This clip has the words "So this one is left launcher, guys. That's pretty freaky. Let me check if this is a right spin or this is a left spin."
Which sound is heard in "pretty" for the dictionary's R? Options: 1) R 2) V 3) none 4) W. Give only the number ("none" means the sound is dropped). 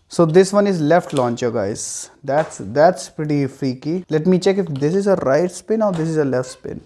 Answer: 1